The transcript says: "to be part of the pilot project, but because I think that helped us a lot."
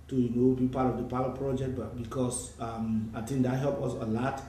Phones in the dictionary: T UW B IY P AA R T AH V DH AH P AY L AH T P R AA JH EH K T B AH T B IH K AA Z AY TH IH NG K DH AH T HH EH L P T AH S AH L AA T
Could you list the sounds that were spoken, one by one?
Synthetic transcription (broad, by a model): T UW B IY P AA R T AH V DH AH P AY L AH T P R AA JH EH K T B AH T B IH K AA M AY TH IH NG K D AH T HH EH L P AH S AH L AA T